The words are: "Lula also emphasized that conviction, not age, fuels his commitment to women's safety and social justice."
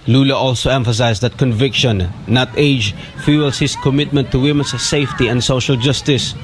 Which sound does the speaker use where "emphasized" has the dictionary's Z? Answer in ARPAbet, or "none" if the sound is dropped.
S